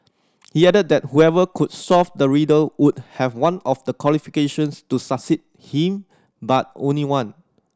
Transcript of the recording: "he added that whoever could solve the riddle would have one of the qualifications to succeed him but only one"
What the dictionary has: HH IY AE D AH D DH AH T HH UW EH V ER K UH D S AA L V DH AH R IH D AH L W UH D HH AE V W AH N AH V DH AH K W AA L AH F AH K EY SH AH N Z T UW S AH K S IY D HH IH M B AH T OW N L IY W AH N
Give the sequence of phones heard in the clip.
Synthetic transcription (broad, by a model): HH IY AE D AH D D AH T HH UW EH V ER K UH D S AA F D AH R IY D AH L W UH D HH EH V W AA N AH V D AH K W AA L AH F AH K EY SH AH N S T UW S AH S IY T HH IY M B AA T OW N L IY W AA N